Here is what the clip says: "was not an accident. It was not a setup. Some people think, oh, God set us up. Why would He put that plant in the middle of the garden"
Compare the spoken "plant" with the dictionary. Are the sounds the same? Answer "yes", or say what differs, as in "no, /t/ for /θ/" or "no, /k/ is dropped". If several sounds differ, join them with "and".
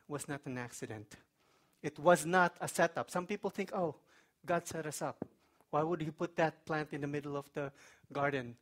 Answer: yes